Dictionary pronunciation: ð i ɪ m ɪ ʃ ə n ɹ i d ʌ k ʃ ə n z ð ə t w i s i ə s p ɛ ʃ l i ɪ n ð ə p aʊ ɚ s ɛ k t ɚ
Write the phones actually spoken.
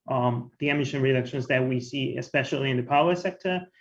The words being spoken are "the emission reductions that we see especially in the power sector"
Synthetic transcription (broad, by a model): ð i ɪ m ɪ ʃ ə n ɹ i d ʌ k ʃ ə n z ð ə t w i s i ə s p ɛ ʃ l i ɪ n ð ə p aʊ ɚ s ɛ k t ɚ